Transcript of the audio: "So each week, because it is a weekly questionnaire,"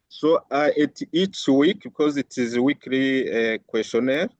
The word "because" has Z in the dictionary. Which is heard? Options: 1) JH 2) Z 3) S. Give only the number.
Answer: 2